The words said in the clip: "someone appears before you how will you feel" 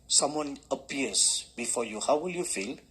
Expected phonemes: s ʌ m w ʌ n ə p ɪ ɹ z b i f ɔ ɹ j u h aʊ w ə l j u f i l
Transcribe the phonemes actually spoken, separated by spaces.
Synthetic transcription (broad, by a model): s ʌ m w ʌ n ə p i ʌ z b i f ɔ j u h aʊ w ə l j u f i l